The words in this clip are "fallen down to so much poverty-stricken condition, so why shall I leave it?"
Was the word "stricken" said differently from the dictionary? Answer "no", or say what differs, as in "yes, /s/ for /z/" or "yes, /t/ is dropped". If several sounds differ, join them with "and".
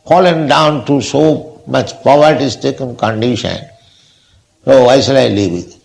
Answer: yes, /ɹ/ is dropped